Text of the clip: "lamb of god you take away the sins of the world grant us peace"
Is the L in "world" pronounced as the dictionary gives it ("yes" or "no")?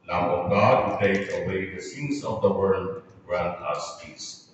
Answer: yes